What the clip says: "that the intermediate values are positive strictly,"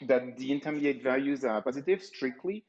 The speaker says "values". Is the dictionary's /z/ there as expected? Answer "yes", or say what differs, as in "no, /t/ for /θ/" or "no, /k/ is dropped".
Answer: yes